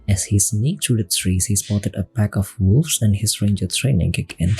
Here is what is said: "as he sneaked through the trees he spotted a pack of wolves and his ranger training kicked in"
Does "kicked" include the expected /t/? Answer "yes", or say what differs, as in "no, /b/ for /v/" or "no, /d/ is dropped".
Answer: no, /t/ is dropped